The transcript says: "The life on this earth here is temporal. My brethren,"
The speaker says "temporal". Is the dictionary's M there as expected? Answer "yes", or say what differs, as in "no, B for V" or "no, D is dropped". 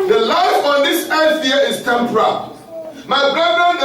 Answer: yes